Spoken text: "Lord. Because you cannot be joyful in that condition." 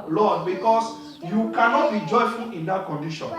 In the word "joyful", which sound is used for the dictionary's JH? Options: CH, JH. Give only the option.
JH